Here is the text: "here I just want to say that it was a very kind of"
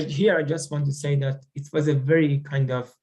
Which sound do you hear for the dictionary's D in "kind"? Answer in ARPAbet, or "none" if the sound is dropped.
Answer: D